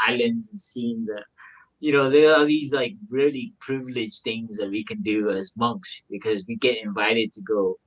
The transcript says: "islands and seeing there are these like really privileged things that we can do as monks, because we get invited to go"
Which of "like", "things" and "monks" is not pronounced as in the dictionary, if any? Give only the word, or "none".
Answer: none